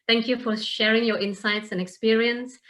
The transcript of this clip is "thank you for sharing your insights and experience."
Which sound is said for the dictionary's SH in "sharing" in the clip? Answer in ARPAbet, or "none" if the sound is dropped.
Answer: SH